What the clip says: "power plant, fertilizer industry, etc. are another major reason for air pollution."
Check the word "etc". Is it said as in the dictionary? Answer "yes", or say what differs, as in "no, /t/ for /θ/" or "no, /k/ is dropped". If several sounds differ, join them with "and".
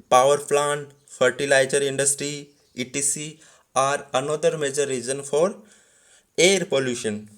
no, /s/ is dropped